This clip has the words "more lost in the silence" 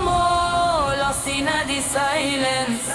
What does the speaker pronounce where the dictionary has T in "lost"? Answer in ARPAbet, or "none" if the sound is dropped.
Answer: none